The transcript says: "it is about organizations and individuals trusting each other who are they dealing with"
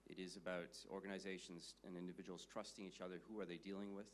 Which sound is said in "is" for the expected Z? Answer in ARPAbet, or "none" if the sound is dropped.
Z